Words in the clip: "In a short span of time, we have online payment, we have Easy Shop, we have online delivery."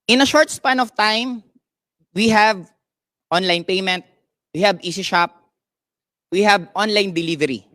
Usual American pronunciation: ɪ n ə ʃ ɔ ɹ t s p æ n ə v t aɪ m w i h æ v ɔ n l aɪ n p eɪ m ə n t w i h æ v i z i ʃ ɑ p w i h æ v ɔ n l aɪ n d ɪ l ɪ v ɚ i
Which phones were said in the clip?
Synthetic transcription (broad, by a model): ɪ n ə ʃ ɔ ɹ t s p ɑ n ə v t aɪ m w i h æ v ɔ n l aɪ n p eɪ m ə n t w i h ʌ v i s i ʃ ɑ p w i h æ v ɔ n l aɪ n d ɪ l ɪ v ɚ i